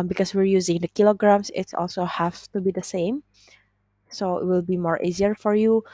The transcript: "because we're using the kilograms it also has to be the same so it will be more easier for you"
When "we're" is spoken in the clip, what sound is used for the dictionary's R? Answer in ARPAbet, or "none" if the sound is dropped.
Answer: R